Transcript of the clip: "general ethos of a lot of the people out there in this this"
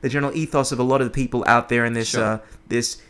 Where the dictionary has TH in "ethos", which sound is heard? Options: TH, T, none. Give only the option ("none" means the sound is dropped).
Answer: TH